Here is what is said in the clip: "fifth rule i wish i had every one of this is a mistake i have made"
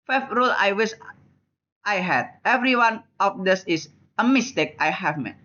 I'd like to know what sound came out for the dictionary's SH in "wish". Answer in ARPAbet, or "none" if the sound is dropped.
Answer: S